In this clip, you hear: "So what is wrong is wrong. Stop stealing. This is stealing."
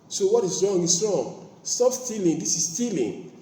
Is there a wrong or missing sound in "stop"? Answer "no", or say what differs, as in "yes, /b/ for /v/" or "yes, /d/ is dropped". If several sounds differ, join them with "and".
yes, /f/ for /p/